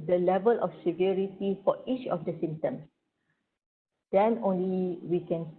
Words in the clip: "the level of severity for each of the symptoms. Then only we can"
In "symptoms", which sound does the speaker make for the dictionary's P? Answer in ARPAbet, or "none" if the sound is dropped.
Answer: none